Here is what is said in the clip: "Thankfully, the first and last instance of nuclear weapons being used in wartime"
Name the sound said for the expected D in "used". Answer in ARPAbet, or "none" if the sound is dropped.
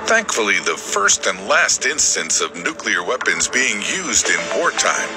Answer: D